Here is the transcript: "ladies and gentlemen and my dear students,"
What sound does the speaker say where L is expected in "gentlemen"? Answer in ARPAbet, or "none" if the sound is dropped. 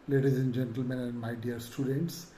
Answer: L